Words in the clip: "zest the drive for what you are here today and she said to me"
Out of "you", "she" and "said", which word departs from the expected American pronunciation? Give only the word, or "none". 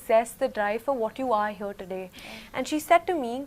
none